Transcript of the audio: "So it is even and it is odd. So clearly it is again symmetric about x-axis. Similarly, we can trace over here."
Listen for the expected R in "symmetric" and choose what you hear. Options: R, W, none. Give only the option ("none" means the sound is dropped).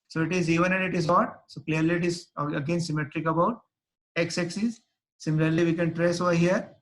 R